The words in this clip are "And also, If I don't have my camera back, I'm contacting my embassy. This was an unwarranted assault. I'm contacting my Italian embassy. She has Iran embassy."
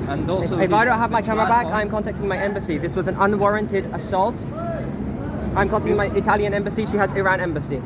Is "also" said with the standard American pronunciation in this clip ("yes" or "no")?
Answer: no